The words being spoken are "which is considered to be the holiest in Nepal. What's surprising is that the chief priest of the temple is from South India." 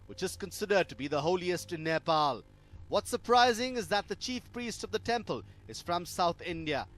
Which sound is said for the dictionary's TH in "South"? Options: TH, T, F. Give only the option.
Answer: TH